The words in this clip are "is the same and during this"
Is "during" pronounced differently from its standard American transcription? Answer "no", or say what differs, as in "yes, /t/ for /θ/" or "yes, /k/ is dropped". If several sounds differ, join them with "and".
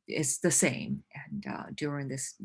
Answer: no